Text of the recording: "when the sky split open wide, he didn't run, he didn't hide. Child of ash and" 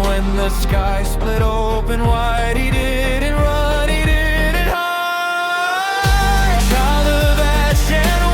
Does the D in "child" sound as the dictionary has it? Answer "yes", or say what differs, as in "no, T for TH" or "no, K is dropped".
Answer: no, D is dropped